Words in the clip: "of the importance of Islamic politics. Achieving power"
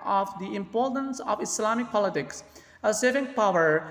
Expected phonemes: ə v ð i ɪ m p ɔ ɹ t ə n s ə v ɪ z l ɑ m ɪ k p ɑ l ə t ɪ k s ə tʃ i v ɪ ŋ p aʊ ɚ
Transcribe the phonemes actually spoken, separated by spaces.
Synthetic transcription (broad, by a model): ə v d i ɪ m p ɔ ɹ t ə n s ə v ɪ s l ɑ m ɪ k p ɑ l ə t ɪ k s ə s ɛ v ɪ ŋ p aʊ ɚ